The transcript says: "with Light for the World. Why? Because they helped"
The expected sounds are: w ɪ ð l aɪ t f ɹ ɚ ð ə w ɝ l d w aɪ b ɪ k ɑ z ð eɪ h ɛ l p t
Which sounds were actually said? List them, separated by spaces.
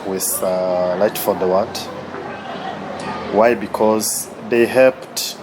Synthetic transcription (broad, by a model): w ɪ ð l aɪ t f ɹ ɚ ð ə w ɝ n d w aɪ b ɪ k ɑ z ð eɪ h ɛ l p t